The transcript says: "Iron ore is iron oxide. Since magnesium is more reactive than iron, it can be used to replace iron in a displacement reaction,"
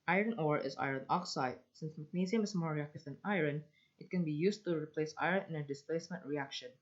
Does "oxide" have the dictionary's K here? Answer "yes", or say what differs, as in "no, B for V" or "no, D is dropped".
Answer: yes